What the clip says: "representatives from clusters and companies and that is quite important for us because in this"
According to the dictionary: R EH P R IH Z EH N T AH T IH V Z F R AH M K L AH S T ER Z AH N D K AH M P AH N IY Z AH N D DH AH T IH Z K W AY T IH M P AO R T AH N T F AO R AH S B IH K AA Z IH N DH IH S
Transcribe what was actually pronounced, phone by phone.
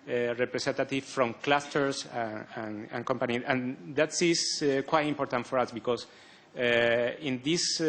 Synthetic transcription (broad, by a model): R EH P R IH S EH N T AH T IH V F R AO M K L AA S T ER S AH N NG K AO M P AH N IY AH N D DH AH T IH S K W AY T IH M P AO R T AH N T F AO R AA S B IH K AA S IH N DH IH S